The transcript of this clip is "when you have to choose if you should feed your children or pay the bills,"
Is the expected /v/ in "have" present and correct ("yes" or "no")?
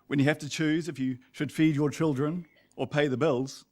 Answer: no